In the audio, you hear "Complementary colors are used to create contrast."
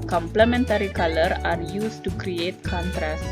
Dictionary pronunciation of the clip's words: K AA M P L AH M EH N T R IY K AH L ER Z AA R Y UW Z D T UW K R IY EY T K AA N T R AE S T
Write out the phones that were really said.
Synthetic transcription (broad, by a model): K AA M P L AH M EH N T R IY K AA L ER AA R Y UW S T UW K R IY EY T K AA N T R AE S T